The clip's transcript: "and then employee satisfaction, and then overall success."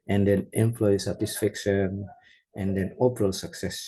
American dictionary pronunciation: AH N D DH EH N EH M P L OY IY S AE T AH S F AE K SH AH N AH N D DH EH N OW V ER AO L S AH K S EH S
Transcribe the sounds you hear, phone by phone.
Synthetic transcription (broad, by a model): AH N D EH N EH M P L OY IY S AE T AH S F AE K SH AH N AH N D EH N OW P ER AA L S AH K S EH S